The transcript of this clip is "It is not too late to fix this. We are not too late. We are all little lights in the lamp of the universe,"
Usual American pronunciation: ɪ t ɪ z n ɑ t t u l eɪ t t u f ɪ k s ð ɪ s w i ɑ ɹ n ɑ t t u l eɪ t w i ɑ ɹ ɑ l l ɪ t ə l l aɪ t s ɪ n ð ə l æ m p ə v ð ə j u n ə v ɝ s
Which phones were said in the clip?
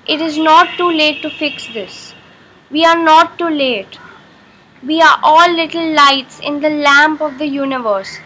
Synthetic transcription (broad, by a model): ɪ t ɪ z n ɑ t t u l eɪ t t u f ɪ k s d ɪ s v i ɑ ɹ n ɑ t t u l eɪ t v i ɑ ɹ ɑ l l ɪ t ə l l aɪ t s ɪ n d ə l æ m p ə v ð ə j u n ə v ɝ s